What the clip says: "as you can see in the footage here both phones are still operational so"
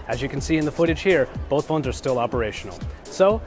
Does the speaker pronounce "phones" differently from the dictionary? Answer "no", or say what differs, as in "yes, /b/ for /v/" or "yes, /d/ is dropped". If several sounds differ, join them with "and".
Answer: no